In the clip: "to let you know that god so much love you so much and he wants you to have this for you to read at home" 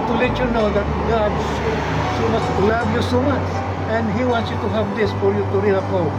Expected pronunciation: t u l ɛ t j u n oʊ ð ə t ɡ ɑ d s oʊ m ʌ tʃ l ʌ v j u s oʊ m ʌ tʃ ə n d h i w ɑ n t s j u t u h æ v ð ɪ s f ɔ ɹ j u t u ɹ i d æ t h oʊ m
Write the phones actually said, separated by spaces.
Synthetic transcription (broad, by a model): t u l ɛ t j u n oʊ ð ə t ɡ ɑ d s oʊ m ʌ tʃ l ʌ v j u s oʊ m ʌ tʃ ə n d h i w ɑ n t s j u t u h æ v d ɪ s f ɔ ɹ j u t u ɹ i ɑ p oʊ